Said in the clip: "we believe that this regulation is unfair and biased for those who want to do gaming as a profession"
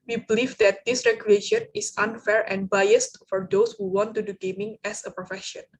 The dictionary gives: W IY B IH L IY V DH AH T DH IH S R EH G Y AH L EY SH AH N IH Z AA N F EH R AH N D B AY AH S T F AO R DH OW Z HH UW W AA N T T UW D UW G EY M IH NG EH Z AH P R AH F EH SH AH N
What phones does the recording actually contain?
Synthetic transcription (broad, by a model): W IY B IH L IY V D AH T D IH S R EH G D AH EY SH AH N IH S AA N F EH R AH N B AY AH S T F AO R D OW S HH UW W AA N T T UW D UW G EY M IH NG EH S AH P R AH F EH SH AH N